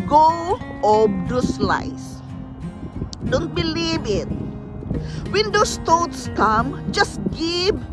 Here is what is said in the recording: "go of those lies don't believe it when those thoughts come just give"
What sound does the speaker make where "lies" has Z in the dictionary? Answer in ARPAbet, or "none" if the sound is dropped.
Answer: S